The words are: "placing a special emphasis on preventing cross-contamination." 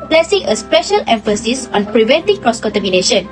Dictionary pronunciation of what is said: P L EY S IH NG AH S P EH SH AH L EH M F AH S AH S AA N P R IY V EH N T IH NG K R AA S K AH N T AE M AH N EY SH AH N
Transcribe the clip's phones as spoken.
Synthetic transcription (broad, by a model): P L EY S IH NG AH S P EH SH AH L EH M F AH S AH S AA N P R IY V EH N T IH NG K R AA S K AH N T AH M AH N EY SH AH N